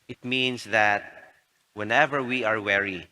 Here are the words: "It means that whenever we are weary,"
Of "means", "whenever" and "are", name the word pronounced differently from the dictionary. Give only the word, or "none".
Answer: means